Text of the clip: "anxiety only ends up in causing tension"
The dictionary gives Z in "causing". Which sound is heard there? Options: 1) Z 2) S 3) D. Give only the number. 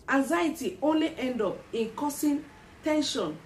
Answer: 2